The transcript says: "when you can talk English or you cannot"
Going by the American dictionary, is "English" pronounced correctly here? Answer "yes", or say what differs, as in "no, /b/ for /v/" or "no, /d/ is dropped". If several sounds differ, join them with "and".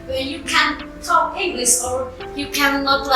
no, /s/ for /ʃ/